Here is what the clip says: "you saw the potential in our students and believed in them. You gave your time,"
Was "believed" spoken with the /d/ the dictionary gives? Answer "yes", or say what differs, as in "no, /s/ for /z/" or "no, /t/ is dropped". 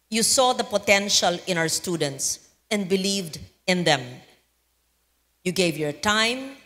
yes